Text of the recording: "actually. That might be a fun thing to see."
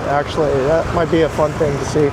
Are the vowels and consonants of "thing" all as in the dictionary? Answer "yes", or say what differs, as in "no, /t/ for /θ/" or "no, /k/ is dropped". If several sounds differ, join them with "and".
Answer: yes